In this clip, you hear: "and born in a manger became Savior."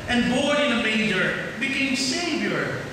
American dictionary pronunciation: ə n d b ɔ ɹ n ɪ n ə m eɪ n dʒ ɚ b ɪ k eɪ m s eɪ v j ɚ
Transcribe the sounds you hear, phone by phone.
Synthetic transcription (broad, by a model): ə n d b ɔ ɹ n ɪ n ə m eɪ dʒ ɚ b ɪ k eɪ m s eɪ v j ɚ